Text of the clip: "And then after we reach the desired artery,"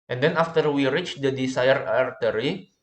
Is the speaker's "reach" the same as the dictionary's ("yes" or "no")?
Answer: yes